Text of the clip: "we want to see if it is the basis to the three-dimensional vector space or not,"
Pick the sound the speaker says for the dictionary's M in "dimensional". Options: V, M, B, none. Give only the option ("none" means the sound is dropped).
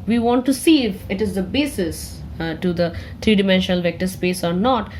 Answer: M